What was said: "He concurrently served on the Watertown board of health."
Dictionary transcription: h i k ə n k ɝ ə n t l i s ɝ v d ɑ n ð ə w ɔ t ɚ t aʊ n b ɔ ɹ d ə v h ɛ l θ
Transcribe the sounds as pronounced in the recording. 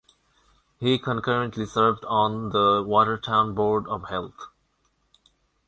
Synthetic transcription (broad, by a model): h i k ə n k ɝ ə n t l i s ɝ v d ɑ n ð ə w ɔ t ɚ t aʊ n b ɔ ɹ d ə v h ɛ l t